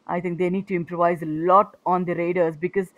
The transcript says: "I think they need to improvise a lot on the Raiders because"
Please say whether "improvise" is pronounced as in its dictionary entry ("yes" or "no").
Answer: yes